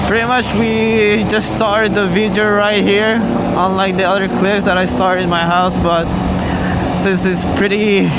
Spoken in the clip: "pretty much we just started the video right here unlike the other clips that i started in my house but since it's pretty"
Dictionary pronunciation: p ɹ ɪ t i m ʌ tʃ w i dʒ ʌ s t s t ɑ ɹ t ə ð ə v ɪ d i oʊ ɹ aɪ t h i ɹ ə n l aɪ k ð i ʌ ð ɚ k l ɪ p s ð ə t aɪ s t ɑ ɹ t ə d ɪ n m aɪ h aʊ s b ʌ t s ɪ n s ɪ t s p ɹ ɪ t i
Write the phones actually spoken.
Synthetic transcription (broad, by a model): p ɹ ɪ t i m ʌ tʃ w i dʒ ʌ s s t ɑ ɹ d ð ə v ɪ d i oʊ ɹ aɪ t h i ɹ ə n l aɪ k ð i ʌ ð ɚ k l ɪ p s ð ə t aɪ s t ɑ ɹ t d ɪ n m aɪ h aʊ s b ʌ t s ɪ n s ɪ t s p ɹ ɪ t i